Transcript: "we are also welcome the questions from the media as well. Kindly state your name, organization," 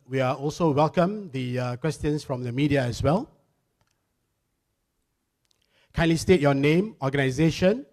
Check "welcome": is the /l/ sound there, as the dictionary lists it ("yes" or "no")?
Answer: yes